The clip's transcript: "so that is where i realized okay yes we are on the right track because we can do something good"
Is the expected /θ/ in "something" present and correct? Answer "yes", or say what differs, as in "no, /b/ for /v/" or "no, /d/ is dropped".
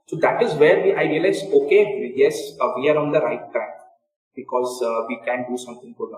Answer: no, /t/ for /θ/